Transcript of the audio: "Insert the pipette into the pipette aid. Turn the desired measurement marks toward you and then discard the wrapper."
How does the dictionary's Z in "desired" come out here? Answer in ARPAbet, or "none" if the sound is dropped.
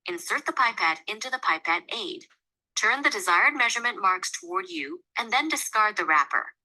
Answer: Z